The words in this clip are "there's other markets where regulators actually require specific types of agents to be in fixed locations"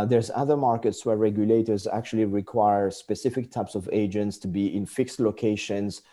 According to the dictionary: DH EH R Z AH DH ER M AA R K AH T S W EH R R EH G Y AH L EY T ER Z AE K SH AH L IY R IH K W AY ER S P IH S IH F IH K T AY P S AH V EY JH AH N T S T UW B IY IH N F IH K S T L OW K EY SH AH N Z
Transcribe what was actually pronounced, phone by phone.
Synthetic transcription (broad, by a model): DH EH R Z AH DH ER M AA R K AH T S W EH R R EH G Y AH L EY T ER Z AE K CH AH L IY R IH K W AY ER S P IH S IH F IH K T AY P S AH V EY JH AH N T S T UW B IY IH N F IH K S T L OW K EY SH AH N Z